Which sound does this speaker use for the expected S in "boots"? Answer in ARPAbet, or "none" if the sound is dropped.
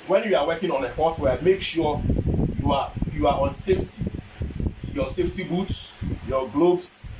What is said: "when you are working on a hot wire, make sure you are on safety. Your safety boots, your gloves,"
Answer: S